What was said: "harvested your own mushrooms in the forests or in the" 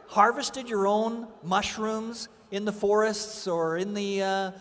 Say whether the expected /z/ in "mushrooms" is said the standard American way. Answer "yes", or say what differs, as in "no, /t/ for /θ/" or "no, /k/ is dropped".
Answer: yes